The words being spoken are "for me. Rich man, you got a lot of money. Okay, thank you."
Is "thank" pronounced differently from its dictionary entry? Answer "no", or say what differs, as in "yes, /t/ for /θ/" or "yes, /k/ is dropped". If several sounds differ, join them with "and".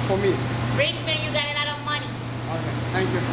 yes, /t/ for /θ/